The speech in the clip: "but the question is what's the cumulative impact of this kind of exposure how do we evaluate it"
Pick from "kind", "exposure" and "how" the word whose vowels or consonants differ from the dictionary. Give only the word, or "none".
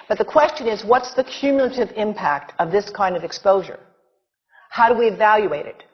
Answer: none